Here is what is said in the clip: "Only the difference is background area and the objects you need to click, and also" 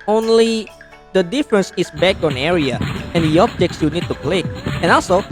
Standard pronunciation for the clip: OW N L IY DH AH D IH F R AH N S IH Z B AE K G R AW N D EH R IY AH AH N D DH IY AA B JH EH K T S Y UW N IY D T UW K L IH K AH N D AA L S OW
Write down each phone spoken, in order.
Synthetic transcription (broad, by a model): OW N L IY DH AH D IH F R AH N S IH S B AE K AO N EH R IY AH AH N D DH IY AA B JH EH K T S Y UW N IY D T UW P L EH AH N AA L S OW